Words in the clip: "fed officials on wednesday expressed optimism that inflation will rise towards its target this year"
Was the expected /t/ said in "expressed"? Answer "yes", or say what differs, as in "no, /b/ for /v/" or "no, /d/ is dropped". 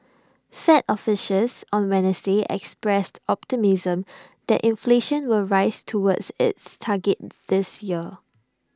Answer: yes